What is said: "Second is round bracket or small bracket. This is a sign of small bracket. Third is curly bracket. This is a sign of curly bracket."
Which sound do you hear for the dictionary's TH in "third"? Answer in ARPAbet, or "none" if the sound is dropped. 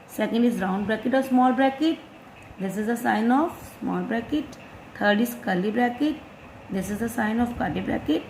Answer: T